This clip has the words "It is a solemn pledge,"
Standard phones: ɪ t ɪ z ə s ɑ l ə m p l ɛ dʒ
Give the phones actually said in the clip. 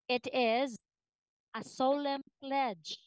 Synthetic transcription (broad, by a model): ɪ t ɪ z ə s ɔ l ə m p l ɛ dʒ